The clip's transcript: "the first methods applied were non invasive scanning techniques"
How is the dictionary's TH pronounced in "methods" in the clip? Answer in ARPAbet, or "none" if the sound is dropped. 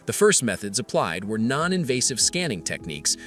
TH